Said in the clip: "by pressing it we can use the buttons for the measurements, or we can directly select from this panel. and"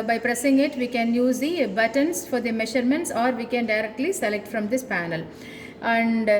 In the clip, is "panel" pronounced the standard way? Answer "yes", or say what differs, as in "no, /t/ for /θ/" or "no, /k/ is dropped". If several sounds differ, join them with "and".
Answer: yes